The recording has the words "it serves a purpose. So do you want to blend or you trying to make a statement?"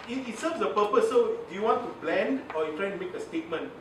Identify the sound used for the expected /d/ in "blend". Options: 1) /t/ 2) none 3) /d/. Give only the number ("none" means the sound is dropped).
3